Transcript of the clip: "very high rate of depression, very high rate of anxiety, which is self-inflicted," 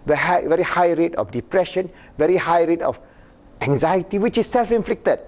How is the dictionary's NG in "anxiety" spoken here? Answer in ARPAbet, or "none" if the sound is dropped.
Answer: NG